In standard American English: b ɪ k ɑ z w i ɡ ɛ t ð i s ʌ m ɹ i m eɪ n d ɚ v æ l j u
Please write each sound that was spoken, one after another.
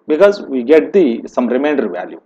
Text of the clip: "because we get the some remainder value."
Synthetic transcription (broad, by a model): b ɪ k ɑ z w i ɡ ɛ t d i s ʌ m ɹ i m eɪ n d ɚ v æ l j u